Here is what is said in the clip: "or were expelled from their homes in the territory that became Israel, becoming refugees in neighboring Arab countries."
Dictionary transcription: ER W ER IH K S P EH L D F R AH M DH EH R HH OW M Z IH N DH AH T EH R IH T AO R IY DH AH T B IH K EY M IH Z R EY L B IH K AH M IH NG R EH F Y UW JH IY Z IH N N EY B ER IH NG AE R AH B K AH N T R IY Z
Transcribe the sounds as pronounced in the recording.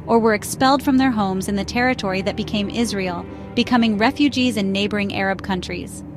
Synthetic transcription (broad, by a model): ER W ER IH K S P EH L D F R AH M DH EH R HH OW M Z IH N DH AH T EH R IH T AO R IY DH AH T B IH K EY M IH Z R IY L B IH K AH M IH NG R EH F Y UW JH IY Z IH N N EY B ER IH NG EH R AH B K AH N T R IY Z